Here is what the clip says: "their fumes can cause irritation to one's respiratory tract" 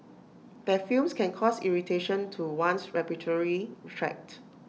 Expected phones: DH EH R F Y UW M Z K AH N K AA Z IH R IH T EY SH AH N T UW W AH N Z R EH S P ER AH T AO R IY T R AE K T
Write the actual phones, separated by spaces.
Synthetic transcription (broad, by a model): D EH F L M S K AH N K AA S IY R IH T EY SH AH N T UW W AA N S R EH P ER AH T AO R IY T R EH K T